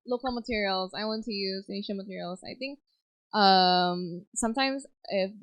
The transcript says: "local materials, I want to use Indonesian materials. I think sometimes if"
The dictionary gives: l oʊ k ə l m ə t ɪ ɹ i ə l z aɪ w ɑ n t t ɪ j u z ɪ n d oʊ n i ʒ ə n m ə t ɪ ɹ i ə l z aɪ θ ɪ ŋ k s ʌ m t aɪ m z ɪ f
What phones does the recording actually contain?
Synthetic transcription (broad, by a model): l oʊ k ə l m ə t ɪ ɹ i l z aɪ w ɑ n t t ɪ j u z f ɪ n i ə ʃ m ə t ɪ ɹ i l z aɪ θ ɪ ŋ k s ʌ m t aɪ m z ɪ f